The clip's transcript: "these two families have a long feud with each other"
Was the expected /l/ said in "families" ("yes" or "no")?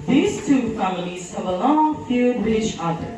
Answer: yes